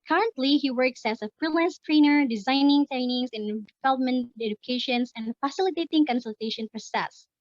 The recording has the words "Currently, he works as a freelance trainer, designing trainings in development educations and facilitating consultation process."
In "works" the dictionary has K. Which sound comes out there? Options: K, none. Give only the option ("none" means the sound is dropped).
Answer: K